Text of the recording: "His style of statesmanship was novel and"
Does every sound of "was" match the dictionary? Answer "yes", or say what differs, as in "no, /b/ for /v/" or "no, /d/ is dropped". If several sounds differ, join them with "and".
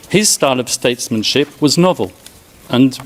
yes